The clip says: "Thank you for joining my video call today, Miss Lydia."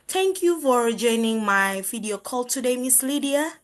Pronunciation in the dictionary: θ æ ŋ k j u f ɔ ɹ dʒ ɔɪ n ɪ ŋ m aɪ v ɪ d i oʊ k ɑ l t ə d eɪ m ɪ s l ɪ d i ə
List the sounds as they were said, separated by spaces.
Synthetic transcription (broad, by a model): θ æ ŋ k j u f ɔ ɹ dʒ ɔɪ n ɪ ŋ m aɪ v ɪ d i oʊ k ɑ l t ə d eɪ m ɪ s l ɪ d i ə